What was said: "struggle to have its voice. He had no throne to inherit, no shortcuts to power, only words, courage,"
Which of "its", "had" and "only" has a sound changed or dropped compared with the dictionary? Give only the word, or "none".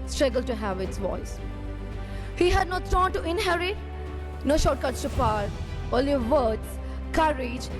only